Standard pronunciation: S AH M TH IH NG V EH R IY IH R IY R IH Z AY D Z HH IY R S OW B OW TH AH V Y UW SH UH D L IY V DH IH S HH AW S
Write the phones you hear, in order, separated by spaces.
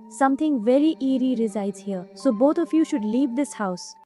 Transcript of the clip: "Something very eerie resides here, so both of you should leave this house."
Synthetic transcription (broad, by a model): S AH M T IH NG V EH R IY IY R IY R IH Z AY D Z HH IY R S OW B OW T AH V Y UW SH UH D L IY V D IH S HH AW S